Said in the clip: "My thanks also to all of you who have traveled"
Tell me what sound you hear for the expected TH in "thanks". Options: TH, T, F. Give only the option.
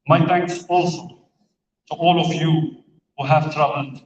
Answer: T